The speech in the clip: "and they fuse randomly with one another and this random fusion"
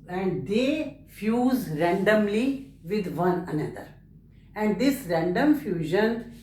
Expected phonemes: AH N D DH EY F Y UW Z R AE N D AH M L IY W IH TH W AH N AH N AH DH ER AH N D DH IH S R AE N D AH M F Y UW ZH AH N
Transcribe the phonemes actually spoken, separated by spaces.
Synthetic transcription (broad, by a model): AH N D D EY F Y UW Z R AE N D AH M L IY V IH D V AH N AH N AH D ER AH N D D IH S R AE N D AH M F Y UW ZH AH N